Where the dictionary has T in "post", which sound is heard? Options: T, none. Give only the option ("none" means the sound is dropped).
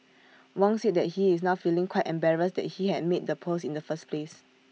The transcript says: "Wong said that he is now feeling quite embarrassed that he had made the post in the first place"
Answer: none